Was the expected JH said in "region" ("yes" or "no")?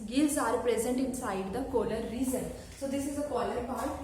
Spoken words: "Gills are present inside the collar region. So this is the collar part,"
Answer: no